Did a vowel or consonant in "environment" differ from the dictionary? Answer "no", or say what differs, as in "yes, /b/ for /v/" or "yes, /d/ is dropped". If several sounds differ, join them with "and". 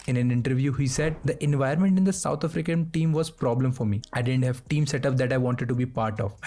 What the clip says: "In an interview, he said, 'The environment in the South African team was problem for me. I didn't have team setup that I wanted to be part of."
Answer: yes, /ɹ/ is dropped